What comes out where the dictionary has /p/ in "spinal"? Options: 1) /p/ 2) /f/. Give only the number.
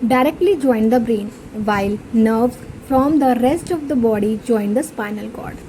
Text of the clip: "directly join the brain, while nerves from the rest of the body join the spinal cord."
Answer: 1